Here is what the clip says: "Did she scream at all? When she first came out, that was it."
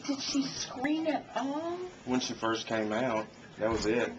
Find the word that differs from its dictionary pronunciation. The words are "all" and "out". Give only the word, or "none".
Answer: all